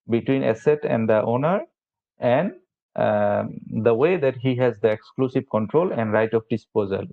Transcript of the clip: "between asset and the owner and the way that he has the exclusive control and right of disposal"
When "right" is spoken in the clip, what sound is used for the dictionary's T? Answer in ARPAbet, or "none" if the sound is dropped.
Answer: T